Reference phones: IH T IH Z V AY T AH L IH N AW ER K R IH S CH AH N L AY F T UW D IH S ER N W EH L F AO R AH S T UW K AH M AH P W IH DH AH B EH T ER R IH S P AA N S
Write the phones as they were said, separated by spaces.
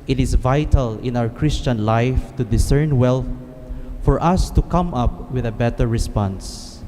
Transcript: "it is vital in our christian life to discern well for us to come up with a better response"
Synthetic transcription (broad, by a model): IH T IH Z V AY T AH L IH N AW ER K R IH S CH AH N L AY F T UW D IH S ER N W EH L F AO R AH S T UW K AH M AH P W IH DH AH B EH T ER R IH S P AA N S